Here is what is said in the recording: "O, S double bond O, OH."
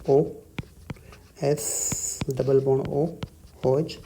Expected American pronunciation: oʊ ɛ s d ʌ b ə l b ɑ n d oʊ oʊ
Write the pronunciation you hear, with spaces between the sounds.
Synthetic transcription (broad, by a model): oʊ ɛ s d ʌ b ə l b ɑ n oʊ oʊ